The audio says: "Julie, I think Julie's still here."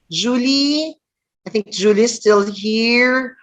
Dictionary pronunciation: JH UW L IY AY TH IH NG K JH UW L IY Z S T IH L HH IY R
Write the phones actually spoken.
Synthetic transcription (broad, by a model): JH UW L IY AY TH IH NG K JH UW L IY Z S T IH L HH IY R